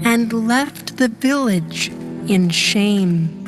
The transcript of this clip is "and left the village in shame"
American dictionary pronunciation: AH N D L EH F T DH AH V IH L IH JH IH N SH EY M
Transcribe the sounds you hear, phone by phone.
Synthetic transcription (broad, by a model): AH N L EH F T DH AH V IH L IH JH IH N SH EY M